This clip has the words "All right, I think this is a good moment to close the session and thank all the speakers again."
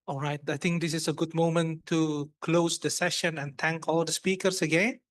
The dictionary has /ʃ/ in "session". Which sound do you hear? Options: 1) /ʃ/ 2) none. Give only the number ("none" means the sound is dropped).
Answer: 1